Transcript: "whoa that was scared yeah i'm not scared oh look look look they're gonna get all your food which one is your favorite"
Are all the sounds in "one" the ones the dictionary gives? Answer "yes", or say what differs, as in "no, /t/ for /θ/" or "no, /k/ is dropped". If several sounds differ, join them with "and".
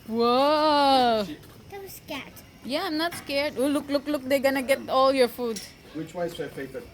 no, /n/ is dropped